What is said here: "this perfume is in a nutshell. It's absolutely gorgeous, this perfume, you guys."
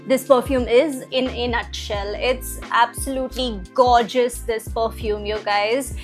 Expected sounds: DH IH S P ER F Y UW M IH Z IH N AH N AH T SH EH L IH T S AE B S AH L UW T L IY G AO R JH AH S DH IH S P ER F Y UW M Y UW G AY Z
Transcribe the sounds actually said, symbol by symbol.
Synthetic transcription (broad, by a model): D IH S P ER F Y UW M IH Z IH N AH N AH T SH EH L IH T S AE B S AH L UW T L IY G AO JH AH S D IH S P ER F Y UW M Y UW G AY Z